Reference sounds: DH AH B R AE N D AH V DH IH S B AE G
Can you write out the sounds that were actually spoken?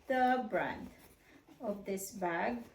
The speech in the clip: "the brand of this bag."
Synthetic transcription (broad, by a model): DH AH B R AE N D AH V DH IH S B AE G